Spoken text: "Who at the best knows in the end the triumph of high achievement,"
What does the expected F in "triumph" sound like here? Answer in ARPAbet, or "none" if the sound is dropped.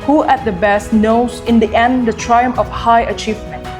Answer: none